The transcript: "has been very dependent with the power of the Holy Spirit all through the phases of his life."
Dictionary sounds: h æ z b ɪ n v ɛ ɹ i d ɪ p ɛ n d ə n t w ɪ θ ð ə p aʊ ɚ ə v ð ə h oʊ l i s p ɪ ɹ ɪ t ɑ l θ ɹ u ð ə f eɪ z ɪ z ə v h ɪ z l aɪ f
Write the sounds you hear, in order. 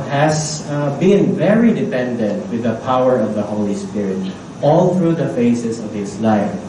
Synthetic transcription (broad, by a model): h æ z b ɪ n v ɛ ɹ i d ɪ p ɛ n d ə n t w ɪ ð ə p aʊ ɚ ə v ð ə h oʊ l i s p ɪ ɹ ɪ t ɑ l θ ɹ u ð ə f eɪ s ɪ s ə v h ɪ s l aɪ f